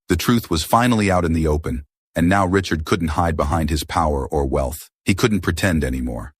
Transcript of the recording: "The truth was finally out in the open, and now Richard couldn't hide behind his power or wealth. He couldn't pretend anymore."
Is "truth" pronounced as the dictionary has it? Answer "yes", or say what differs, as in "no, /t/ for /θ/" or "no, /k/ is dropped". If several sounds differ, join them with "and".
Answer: yes